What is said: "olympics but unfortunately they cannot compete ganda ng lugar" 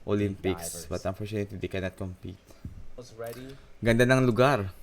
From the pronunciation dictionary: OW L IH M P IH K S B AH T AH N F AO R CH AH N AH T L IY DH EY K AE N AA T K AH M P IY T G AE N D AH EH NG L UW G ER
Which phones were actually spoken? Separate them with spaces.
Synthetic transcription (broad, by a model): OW L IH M P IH K S B AH T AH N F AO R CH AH N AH T IY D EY K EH N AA T K AH M P IY T G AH N D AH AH NG L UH G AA